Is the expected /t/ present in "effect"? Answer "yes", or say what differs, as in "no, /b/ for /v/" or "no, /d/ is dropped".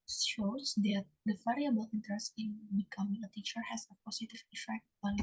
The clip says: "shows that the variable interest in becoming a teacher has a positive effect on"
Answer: yes